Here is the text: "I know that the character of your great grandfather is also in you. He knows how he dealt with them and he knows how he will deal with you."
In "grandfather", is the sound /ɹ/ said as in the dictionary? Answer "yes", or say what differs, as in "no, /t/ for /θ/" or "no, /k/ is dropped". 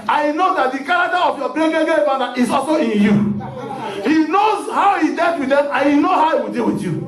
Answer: no, /ɹ/ is dropped